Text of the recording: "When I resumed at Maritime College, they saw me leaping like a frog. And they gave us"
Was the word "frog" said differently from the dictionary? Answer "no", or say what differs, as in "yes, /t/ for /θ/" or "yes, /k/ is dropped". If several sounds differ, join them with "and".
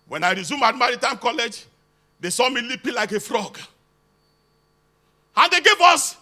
no